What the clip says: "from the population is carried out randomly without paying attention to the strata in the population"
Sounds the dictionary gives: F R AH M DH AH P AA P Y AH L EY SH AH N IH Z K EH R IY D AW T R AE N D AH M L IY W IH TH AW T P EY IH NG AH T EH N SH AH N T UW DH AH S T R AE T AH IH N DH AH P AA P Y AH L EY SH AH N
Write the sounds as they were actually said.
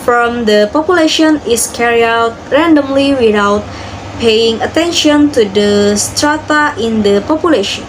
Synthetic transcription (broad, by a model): F R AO M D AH P AA P Y AH L EY SH AH N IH S K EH R IY AW T R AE N D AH M L IY W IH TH AW T P EY IH NG AH T EH N SH AH N T UW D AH S T R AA T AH IH N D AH P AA P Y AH L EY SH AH N